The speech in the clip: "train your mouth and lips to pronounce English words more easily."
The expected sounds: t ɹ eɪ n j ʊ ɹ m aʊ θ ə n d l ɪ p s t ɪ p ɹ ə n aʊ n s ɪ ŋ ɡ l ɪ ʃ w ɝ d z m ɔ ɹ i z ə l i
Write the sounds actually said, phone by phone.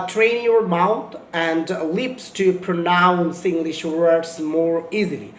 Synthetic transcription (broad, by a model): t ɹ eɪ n j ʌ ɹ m aʊ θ ə n d l ɪ p s t ɪ p ɹ ə n aʊ n s ɪ ŋ ɡ l ɪ ʃ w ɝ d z m ɔ ɹ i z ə l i